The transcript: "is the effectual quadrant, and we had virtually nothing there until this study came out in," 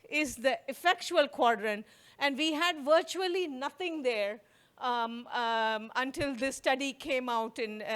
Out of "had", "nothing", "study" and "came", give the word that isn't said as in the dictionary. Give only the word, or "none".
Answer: nothing